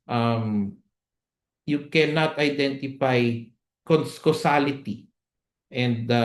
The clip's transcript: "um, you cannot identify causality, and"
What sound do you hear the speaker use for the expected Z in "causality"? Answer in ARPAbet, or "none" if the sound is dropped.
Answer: S